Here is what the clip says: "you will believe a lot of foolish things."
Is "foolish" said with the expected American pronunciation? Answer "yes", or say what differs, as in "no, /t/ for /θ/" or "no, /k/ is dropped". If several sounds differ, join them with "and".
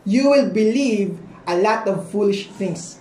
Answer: yes